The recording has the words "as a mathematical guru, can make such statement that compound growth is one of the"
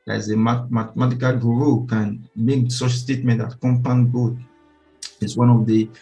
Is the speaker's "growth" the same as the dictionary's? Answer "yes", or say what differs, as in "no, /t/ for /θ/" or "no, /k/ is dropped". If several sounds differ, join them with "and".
no, /ɹ/ is dropped